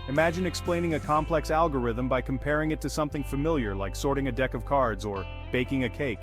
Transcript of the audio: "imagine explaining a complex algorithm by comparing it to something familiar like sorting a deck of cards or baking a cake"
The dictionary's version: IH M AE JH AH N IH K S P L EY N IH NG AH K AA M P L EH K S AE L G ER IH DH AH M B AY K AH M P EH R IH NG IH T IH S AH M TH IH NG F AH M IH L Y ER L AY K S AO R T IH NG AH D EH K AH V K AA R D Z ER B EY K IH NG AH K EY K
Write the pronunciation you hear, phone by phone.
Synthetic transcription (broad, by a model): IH M AE JH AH N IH K S P L EY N IH NG AH K AA M P L EH K S AE L G ER IH DH AH M B AY K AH M P EH R IH NG IH T IH S AH M TH IH NG F AH M IH L Y ER L AY K S AO R T IH NG AH D EH K AH V K AA R D Z ER B EY K IH NG AH K EY K